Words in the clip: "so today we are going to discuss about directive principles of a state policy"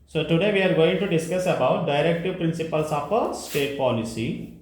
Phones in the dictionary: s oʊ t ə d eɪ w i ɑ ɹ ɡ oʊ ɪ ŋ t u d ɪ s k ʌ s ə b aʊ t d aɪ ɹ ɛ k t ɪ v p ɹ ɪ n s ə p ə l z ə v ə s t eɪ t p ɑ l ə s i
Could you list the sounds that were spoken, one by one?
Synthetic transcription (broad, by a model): s oʊ t ə d eɪ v i ɑ ɹ ɡ oʊ ɪ ŋ t u d ɪ s k ʌ s ə b aʊ t d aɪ ɹ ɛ k t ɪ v p ɹ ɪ n s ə p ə l s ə p ə s t eɪ t p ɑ l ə s i